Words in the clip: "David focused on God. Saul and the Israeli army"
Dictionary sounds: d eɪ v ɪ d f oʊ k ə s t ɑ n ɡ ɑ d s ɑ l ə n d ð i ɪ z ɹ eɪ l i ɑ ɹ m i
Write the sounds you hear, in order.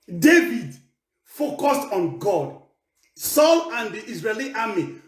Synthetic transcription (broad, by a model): d eɪ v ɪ d f oʊ k ə s t ɑ n ɡ ɑ d s ɑ l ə n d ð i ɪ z ɹ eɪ l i ɑ m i